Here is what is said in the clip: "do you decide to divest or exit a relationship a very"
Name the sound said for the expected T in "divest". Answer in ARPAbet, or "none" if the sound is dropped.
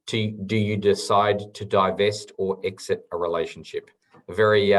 T